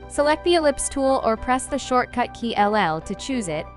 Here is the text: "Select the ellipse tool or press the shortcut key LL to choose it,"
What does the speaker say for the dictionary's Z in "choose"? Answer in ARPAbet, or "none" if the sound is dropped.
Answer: Z